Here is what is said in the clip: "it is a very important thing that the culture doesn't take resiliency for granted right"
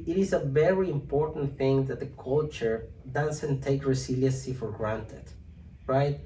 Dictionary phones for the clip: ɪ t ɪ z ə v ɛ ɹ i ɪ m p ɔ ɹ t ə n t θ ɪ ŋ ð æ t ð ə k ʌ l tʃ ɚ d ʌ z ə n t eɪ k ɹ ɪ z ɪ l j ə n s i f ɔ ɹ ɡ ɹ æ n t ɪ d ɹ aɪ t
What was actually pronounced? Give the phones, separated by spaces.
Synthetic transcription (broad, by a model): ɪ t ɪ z ə v ɛ ɹ i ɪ m p ɔ ɹ t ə n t θ ɪ ŋ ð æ t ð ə k ʌ l tʃ ɚ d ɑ s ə n t eɪ k ɹ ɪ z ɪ l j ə n s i f ɔ ɹ ɡ ɹ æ n t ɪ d ɹ aɪ t